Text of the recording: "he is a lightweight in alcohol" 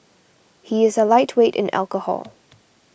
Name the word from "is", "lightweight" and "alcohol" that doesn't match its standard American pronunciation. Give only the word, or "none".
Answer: none